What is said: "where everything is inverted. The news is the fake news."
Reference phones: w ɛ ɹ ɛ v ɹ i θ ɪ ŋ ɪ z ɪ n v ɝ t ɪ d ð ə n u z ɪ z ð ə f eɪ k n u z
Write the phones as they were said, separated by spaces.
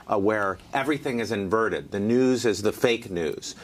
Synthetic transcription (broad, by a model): w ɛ ɹ ɛ v ɹ i θ ɪ ŋ ɪ z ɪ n v ɝ t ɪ d ð ə n u z ɪ z ð ə f eɪ k n u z